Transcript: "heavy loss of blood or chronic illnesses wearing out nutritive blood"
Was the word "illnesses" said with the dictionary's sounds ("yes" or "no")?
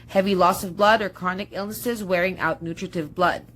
yes